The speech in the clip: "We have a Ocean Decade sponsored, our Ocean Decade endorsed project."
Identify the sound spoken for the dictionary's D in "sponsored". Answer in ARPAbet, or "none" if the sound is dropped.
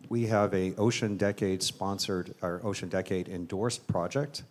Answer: D